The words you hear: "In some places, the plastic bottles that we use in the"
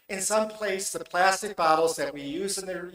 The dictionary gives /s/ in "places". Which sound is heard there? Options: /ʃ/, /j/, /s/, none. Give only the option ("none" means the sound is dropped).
none